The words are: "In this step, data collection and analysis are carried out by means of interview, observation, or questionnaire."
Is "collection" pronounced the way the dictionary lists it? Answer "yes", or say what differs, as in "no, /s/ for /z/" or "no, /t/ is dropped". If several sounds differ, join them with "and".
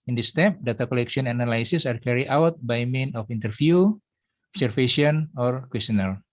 no, /n/ is dropped